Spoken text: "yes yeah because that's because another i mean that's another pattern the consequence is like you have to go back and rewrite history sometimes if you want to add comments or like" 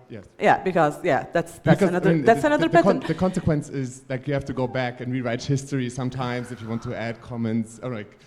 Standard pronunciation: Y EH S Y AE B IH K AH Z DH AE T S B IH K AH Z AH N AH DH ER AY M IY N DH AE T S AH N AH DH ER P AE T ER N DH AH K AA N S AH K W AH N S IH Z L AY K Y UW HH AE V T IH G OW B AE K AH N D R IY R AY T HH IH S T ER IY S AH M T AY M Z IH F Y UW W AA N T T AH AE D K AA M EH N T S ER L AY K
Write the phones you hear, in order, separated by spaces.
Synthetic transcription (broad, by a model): Y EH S Y AE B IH K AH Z DH AE T S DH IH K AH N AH AH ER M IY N DH AE T S AH N AH DH ER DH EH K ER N DH AH K AA N S AH K W AH N S IH Z L AY K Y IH HH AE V T IH G OW B AE K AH N R IY R AY T HH IH S T ER IY S AH M T AY M Z IH F Y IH W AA N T T AH AE D K AA M EH N T S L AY K